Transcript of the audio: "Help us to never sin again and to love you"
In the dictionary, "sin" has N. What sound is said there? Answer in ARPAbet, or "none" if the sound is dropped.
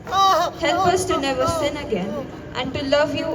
N